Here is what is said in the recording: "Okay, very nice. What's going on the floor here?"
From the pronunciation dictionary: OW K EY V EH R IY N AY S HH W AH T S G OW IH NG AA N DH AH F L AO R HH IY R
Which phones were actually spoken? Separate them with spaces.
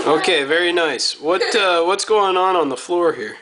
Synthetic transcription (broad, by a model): OW K EY V EH R IY N AY S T W AH T S G OW IH NG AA N DH AH F L AO R HH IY R